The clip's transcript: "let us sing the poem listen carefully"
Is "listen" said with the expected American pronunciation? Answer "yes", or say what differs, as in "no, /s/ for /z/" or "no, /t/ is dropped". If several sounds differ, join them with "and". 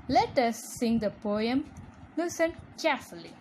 no, /n/ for /l/